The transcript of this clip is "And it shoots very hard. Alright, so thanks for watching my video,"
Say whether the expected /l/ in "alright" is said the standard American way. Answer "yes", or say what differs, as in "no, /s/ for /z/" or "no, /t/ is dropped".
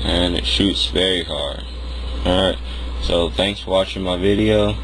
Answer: no, /l/ is dropped